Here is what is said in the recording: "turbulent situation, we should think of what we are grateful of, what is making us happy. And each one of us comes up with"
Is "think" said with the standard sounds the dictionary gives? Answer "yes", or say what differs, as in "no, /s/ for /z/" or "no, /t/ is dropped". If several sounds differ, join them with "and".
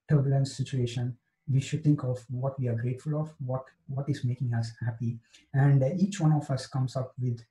no, /t/ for /θ/